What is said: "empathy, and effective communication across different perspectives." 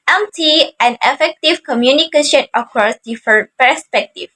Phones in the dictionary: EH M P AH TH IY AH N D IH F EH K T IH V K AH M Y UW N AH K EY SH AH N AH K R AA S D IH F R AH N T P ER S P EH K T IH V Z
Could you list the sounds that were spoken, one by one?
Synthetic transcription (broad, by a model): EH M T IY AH N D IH F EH K T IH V K AH M Y UW N AH K EY SH AH N AH K R AA S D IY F AH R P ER S P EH K T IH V